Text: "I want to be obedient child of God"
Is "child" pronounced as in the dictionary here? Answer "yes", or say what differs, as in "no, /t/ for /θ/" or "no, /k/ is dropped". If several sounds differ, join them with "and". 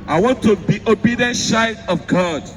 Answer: no, /l/ is dropped